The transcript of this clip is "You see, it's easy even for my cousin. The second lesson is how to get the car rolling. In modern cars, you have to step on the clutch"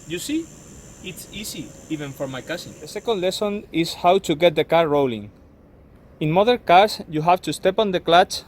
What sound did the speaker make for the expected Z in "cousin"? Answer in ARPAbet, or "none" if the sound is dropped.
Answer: S